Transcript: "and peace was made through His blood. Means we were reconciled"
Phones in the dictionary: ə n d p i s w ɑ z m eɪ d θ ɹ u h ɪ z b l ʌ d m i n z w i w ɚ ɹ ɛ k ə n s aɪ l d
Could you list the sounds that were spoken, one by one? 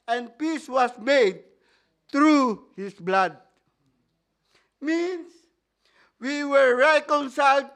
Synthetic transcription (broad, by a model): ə n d p i s w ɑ s m eɪ d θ ɹ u h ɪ s b l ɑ d m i n s w i w ɚ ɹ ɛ k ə n s aɪ l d